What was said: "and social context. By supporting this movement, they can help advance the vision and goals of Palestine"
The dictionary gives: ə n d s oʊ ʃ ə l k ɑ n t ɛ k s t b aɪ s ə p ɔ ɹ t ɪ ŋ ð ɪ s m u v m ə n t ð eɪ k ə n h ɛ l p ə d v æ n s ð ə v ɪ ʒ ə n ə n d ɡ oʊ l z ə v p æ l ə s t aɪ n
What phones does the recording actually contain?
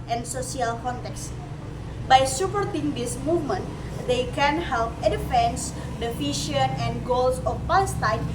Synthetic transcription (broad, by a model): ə n s oʊ s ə l k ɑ n t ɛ k s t b aɪ s ə p ɔ ɹ t ɪ ŋ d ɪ s m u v m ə n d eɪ k ə n h ɛ l p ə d f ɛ n s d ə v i ʃ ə n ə n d ɡ oʊ l s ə f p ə s t aɪ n